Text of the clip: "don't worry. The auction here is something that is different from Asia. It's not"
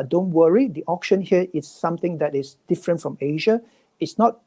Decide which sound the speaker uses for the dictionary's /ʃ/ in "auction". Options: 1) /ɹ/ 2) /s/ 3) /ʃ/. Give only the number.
3